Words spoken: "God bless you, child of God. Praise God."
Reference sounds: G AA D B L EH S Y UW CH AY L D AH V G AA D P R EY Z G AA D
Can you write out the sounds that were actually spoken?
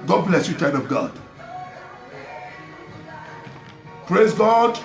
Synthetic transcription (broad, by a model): G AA D B L EH S Y UW CH AY D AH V G AA D P R EY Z G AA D